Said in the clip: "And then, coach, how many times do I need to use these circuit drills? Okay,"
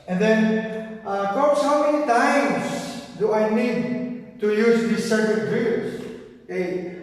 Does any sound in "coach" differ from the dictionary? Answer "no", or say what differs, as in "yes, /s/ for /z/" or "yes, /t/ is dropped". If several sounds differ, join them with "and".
yes, /s/ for /tʃ/